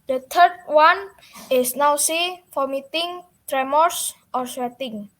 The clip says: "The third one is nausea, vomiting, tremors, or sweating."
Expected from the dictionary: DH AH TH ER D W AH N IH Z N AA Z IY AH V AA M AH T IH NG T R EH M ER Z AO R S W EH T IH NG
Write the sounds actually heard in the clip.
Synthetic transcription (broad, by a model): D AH T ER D W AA N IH S N AA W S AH F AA M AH T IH NG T R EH M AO S AO R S W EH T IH NG